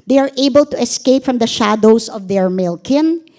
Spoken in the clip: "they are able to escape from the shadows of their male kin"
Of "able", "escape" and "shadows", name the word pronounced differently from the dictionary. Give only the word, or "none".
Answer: shadows